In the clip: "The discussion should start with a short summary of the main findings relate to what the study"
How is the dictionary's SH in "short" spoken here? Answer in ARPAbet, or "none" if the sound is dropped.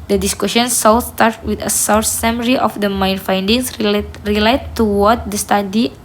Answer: S